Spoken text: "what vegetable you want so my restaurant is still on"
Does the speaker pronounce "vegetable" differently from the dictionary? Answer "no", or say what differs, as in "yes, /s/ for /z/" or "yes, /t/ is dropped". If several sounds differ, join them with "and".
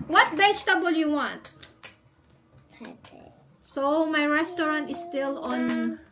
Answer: yes, /b/ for /v/